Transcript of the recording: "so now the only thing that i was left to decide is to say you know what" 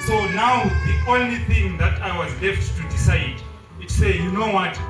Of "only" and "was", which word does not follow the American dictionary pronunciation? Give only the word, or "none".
none